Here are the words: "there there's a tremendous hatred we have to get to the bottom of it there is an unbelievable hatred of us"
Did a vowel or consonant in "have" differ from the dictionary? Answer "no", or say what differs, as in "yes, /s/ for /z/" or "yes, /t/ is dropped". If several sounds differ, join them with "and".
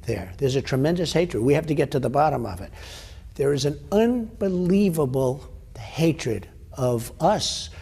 yes, /f/ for /v/